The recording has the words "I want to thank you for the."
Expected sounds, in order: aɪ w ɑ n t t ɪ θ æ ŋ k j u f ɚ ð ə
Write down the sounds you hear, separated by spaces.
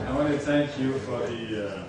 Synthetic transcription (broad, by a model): aɪ w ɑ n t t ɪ θ æ ŋ k j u f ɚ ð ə